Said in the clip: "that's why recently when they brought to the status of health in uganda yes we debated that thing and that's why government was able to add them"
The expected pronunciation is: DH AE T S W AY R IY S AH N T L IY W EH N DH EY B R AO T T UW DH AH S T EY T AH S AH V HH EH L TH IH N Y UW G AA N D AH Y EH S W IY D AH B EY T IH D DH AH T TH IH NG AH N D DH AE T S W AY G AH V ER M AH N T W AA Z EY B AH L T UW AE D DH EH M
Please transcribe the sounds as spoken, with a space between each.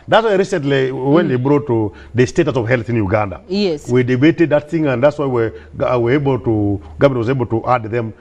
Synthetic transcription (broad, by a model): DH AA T S W AY R IY S AH N T L IY W EH N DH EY B R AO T T UW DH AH S T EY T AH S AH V HH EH L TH IH N Y UW G AA N D AH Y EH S W IY D AH B EY T IH D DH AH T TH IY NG AH N D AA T S W AY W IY W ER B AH L T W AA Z EY B AH L T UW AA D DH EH M